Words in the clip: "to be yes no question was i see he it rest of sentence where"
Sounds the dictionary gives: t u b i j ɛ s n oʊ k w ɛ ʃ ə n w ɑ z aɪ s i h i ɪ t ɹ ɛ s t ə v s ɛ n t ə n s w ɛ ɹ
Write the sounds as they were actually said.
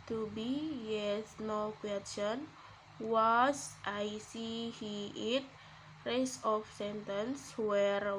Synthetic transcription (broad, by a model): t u b i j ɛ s n oʊ k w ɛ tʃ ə n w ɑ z aɪ s i h i ɪ t ɹ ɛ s ə f s ɛ n t ə n s w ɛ ɹ